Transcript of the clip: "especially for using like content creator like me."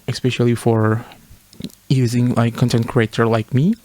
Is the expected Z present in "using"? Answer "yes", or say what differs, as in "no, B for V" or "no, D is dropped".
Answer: yes